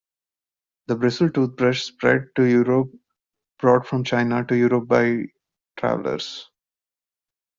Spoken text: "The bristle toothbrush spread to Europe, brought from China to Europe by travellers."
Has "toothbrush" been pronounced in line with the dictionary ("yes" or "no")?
no